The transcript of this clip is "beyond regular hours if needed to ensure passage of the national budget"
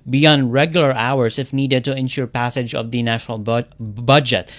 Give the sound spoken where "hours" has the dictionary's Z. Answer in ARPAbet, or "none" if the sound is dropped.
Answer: S